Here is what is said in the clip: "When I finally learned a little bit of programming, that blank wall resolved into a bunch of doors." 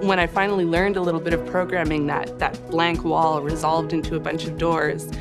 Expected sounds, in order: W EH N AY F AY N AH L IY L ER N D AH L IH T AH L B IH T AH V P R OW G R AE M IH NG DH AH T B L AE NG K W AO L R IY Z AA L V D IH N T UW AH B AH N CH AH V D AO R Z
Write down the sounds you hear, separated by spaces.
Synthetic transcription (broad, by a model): W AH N AY F AY N L IY L ER N D AH L IH T L B IH T AH V P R OW G R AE M IH NG DH AH T B L AE NG K W AO L R IY Z AA L V D IH N T UW AH B AH N CH AH V D AO R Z